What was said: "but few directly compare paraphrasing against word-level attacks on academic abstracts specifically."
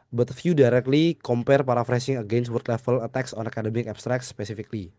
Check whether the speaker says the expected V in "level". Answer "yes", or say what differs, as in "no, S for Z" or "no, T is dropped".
no, F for V